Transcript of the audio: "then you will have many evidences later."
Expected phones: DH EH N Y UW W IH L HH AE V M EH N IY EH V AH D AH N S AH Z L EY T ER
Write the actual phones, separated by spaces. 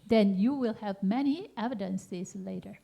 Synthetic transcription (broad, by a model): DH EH N Y UW W IH L HH AE V M EH N IY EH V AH D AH N S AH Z L EY T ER